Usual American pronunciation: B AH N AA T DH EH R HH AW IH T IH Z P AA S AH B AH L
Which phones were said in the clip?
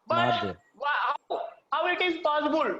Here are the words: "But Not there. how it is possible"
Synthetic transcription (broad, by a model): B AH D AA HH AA W HH AW IH T IH Z P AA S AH B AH L